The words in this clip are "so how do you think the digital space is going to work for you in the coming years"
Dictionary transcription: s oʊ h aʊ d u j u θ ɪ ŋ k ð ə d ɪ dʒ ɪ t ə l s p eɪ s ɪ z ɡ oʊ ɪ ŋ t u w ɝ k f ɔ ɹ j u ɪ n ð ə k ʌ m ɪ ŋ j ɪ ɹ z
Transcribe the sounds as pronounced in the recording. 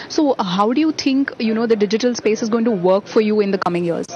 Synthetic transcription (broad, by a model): s oʊ h aʊ d u j u t ɪ ŋ k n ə d ɪ dʒ ɪ t ə l s p eɪ s ɪ z ɡ oʊ ɪ ŋ t u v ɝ k f ɔ ɹ j u ɪ n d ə k ʌ m ɪ ŋ j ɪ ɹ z